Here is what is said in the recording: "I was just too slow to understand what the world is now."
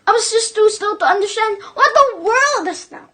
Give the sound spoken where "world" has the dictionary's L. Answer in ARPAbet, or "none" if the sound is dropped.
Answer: L